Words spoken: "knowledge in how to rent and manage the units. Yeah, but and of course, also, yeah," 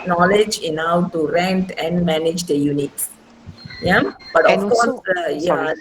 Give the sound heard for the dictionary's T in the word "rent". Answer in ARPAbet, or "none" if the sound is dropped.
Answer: T